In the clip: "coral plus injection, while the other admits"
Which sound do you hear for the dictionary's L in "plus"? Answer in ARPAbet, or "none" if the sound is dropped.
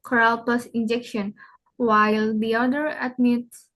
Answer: none